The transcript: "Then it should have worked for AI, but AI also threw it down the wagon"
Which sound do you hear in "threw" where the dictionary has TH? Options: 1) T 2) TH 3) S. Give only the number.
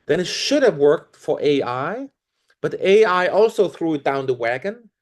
2